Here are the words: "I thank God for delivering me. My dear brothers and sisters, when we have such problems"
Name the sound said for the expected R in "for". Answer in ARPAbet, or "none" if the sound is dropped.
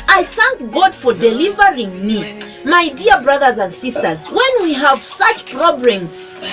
R